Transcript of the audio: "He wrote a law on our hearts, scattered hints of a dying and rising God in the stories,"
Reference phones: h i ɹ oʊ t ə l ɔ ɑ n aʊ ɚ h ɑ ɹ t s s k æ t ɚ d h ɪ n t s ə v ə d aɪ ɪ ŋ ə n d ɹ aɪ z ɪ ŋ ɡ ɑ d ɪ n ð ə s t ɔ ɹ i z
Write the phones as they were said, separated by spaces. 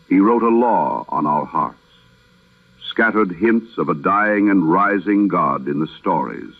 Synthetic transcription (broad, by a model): h i ɹ oʊ t ə l ɔ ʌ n aʊ ɚ h ɑ ɹ t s s k æ t ɚ d h ɪ n t s ə v ə d aɪ ɪ ŋ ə n ɹ aɪ z ɪ ŋ ɡ ɑ d ɪ n ð ə s t ɔ ɹ i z